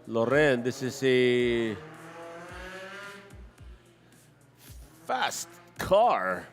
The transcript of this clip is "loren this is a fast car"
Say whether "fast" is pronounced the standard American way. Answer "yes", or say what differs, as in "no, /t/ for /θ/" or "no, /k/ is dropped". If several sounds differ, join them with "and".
yes